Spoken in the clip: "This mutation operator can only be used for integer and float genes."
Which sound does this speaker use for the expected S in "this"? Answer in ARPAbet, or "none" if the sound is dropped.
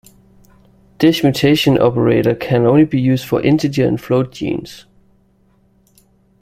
SH